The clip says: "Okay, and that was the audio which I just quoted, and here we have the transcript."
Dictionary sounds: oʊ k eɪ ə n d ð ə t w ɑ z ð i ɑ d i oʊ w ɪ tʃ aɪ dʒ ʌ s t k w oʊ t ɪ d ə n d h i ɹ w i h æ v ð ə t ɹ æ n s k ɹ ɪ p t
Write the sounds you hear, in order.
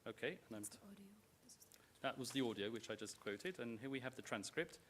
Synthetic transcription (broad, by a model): oʊ k eɪ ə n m ð ə t w ɑ z ð i ɑ d i oʊ w ɪ tʃ aɪ dʒ ʌ s k w oʊ t ɪ d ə n h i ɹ w i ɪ v ð ə t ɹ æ n s k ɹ ɪ p t